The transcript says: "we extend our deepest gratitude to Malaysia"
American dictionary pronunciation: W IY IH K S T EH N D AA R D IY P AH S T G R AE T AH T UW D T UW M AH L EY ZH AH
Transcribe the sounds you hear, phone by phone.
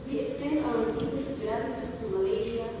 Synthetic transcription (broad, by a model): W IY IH K S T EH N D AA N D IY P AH T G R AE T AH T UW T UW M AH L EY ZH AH